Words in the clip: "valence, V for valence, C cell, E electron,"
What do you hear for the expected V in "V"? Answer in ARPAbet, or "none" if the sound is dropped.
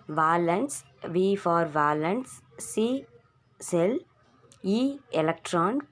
V